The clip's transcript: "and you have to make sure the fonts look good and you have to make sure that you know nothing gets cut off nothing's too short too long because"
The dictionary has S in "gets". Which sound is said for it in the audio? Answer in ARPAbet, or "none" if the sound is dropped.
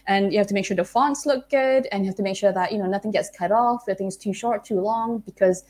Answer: S